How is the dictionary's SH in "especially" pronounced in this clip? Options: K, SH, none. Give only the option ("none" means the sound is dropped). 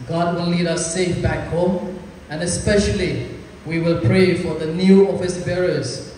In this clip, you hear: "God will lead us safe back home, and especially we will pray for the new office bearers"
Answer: SH